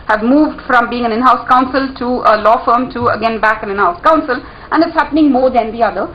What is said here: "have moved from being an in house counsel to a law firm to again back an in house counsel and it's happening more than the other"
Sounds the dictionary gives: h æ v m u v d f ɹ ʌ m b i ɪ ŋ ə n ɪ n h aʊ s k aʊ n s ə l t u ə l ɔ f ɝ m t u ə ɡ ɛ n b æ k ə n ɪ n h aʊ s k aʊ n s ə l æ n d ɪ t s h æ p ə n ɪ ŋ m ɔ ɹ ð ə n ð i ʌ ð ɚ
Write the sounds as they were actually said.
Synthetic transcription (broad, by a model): h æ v m u v d f ɹ ʌ m b i ɪ ŋ ə n ɪ n h aʊ s k aʊ n s ə l t u ə l ɔ f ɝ m t u ə ɡ ɛ n b æ k ə n ɪ n h aʊ s k aʊ n s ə l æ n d ɪ t s h æ p ə n ɪ ŋ m ɔ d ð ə n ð i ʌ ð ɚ